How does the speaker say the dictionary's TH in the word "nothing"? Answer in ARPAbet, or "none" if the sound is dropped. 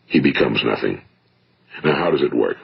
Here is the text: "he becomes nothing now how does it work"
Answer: TH